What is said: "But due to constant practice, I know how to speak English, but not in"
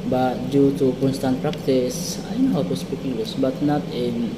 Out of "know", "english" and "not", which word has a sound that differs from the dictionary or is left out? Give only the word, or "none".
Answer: english